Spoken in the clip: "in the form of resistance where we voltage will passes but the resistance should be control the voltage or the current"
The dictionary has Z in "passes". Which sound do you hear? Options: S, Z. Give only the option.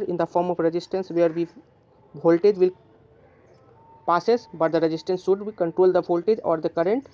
S